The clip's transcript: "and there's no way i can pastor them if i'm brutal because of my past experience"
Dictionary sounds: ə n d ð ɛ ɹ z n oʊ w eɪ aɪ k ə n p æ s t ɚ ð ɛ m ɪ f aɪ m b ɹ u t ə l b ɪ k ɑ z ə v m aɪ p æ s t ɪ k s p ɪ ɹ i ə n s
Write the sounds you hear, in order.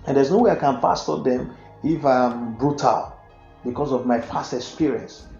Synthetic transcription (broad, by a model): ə n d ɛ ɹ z n oʊ w eɪ aɪ k ə n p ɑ s t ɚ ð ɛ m ɪ f aɪ m b ɹ u t ə l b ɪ k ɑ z ə v m aɪ f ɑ s t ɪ k s p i ɹ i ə n s